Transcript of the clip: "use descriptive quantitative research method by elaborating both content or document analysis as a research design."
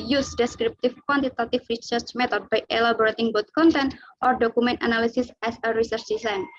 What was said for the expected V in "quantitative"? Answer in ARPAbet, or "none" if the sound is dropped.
F